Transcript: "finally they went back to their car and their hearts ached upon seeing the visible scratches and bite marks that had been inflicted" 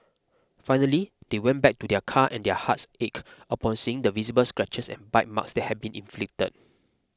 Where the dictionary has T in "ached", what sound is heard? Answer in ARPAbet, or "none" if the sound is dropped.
none